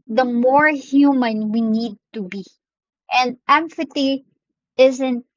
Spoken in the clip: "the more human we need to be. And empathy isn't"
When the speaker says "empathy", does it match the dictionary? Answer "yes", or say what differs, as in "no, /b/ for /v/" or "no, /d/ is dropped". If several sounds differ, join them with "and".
no, /f/ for /p/ and /t/ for /θ/